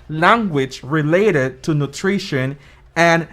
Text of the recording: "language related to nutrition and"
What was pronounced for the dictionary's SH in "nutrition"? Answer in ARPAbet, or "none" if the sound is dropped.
SH